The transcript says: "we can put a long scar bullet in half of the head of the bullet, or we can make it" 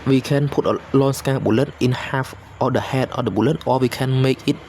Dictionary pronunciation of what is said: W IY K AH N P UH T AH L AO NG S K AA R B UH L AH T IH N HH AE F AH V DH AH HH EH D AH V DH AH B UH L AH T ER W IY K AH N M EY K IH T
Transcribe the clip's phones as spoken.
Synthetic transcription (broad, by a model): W IY K AH N P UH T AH L AO NG S K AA B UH L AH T IH N HH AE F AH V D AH HH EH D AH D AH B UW L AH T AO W IY K AH N M EY K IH T